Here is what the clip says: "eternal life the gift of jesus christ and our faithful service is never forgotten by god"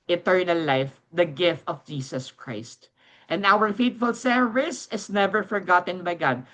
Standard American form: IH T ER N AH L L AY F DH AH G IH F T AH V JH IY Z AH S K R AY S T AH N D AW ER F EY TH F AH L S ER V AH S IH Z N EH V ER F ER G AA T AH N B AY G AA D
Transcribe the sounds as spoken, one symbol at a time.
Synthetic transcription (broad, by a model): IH T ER N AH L L AY F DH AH G IH F T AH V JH IY S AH S K R AY S T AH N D AW ER F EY T F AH L S ER V AH S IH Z N EH V ER F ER G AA T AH N B AY G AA D